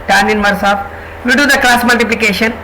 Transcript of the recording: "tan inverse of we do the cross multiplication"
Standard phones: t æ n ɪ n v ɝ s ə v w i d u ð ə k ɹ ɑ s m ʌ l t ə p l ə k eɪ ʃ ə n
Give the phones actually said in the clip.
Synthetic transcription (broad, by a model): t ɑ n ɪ n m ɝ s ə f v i d u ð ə k l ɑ s m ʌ l t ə p l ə k eɪ ʃ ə n